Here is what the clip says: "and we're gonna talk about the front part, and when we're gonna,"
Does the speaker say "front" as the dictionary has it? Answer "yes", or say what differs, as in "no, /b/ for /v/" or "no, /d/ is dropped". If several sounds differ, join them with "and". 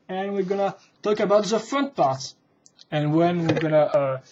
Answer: yes